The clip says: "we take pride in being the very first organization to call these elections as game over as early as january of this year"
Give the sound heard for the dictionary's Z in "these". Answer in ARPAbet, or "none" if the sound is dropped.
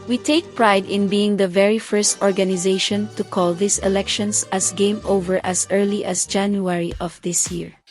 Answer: S